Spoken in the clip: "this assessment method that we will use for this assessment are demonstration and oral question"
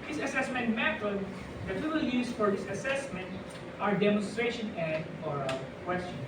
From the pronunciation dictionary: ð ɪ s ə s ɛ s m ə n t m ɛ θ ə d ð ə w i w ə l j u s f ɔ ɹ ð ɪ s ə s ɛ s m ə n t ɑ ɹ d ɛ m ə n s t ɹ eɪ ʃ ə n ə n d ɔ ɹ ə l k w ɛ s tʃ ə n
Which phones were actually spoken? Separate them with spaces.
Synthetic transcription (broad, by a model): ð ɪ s ə s ɛ s m ə n t m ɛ t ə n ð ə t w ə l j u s f ɔ ɹ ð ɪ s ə s ɛ s m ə n t ɑ ɹ d ɛ m ə n s t ɹ eɪ ʃ ə n ə n d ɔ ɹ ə k w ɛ s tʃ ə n